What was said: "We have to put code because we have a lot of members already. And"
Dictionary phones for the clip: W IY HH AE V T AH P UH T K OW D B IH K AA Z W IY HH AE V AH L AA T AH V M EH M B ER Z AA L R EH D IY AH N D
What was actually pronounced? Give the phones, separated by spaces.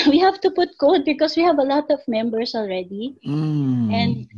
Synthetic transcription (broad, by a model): W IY HH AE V T AH P UH T K OW D B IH K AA S W IY HH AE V AH L AA T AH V M EH M B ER S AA L R EH D IY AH N D